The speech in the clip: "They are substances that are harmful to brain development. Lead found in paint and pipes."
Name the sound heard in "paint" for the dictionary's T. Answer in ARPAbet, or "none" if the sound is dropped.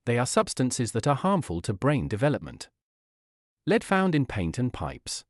T